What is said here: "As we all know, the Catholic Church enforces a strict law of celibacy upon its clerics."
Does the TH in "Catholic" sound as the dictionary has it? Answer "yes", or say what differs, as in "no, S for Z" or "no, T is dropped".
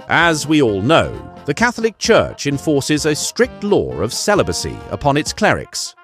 yes